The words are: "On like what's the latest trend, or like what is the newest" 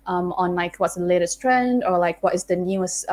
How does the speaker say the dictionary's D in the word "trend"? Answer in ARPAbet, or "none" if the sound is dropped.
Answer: D